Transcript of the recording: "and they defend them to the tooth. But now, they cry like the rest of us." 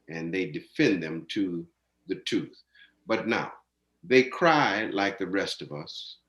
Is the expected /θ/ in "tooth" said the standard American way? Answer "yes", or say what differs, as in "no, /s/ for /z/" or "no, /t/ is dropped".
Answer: yes